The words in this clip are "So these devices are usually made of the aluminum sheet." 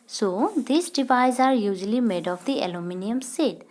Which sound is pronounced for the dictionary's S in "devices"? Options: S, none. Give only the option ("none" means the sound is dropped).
none